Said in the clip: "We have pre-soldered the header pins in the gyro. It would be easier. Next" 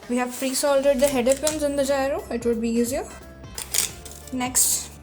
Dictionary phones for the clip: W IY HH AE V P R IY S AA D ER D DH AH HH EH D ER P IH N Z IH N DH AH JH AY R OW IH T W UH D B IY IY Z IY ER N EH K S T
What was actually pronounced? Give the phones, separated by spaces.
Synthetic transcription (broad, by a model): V IY HH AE V F R IY S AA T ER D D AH HH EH D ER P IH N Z IH N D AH JH AY R OW IH T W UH D B IY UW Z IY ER N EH K S T